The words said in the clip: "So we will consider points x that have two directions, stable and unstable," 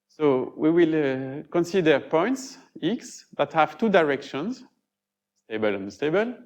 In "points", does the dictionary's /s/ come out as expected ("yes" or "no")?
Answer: yes